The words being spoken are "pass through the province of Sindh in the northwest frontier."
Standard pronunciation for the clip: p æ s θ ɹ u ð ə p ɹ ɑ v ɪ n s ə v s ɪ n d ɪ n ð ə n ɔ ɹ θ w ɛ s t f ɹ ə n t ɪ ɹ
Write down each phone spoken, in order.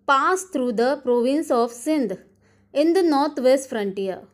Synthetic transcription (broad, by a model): p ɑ s t ɹ u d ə p ɹ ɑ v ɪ n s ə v s ɪ n d ɪ n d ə n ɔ ɹ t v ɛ s t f ɹ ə n t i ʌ